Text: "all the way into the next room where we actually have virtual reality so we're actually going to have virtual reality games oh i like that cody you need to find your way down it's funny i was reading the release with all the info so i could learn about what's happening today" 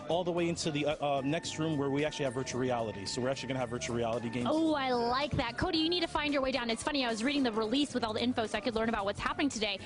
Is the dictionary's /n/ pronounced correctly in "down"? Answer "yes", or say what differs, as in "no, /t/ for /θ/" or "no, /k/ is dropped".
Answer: yes